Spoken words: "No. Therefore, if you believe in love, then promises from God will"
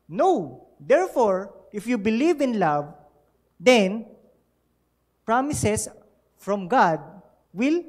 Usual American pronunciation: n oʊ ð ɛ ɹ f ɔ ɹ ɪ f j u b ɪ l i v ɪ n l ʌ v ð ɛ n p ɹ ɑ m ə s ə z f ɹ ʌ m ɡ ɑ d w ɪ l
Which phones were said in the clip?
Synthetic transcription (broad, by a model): n oʊ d ɛ ɹ f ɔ ɹ ɪ f j u b ɪ l i v ɪ n l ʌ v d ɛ n p ɹ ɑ m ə s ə s f ɹ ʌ m ɡ ɑ d w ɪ l